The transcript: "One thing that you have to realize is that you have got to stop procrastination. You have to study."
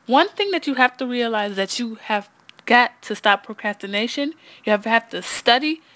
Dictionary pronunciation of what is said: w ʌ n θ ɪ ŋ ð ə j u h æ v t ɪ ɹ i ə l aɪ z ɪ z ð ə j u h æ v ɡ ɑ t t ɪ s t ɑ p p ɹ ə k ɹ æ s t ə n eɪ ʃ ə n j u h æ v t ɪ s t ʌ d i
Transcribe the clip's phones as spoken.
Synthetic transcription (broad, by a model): w ʌ n θ ɪ ŋ ð ə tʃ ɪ h æ f t ɪ ɹ i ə l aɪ ɪ z ð ə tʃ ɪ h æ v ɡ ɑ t t ɪ s t ɑ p p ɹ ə k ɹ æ s t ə n eɪ ʃ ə n j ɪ h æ f t ɪ s t ʌ d i